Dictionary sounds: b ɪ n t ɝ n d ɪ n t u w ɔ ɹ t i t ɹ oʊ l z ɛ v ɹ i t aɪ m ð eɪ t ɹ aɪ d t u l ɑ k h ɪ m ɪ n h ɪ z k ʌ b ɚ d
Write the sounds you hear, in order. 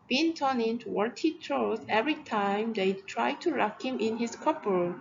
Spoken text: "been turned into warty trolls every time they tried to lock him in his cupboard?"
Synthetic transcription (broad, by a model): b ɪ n t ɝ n ɪ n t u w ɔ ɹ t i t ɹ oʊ z ɛ v ɹ i t aɪ m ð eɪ t ɹ aɪ d t u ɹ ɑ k h ɪ m ɪ n h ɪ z k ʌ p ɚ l